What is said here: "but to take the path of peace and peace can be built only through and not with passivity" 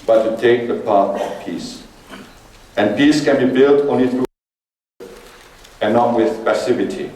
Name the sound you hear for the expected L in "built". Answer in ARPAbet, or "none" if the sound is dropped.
L